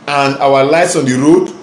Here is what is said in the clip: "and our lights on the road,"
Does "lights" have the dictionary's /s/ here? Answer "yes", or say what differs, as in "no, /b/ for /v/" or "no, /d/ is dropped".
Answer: yes